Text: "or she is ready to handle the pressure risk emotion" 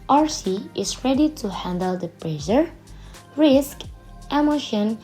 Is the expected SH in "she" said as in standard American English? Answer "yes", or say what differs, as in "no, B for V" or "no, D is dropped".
no, S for SH